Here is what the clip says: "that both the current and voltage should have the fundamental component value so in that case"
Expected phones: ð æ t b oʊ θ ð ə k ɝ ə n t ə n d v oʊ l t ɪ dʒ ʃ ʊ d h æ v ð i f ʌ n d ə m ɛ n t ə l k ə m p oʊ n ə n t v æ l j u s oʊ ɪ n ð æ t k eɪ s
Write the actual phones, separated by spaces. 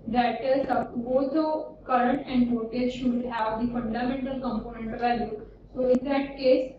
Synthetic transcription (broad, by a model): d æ t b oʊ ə k ɝ ə n t ə n d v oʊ t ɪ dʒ ʃ ʊ d h æ v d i f ʌ n d ə m ɛ n t ə l k ə m p oʊ n ə n t v æ l j u s oʊ ɪ n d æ t k eɪ s